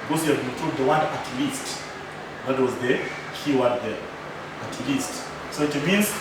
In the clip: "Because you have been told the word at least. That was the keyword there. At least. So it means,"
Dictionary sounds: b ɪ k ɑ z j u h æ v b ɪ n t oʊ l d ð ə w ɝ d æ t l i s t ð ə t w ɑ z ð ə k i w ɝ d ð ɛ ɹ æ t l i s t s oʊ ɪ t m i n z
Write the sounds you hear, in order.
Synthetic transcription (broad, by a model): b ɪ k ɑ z j u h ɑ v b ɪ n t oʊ d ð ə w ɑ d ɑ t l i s t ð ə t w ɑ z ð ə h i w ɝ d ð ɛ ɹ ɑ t l i s t s oʊ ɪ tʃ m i n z